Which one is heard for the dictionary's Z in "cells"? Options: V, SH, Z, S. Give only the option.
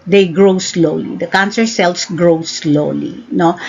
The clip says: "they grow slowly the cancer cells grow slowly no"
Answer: S